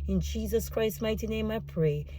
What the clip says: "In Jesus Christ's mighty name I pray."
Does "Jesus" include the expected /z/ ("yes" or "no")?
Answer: yes